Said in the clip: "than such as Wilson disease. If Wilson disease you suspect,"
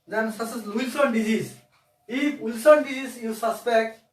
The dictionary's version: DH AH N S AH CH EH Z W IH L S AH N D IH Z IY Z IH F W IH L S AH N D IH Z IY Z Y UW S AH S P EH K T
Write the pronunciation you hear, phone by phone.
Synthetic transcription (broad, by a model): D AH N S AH S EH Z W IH L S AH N D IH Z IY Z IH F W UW L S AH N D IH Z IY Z Y UW S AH S P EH K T